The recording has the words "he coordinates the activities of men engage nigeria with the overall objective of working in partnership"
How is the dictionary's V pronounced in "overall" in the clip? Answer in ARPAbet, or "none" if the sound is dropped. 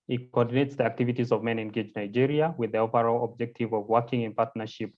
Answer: P